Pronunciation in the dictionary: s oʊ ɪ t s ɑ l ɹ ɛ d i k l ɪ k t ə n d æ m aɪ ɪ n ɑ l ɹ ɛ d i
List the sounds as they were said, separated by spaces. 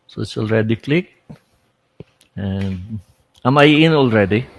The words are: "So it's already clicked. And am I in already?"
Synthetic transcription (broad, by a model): s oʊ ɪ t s ɑ l ɹ ɛ d i k l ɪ k ə n d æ m aɪ ɪ n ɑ l ɹ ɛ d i